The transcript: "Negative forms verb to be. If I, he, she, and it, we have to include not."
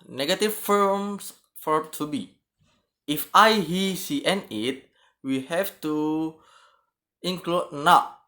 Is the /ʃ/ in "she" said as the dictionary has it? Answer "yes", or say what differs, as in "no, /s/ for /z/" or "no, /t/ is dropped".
no, /s/ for /ʃ/